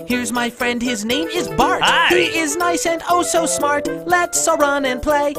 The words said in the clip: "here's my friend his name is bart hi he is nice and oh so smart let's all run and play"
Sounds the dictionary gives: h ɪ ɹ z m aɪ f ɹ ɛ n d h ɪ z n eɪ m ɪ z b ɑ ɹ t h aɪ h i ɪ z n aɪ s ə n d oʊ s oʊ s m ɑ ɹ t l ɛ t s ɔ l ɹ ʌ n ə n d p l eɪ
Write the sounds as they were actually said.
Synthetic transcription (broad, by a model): h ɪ ɹ z m aɪ f ɹ ɛ n d h ɪ z n eɪ m ɪ z b ɑ ɹ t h h i ɪ z n aɪ s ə n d oʊ s oʊ s m ɑ ɹ t l ɛ t s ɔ ɹ ʌ n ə n p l eɪ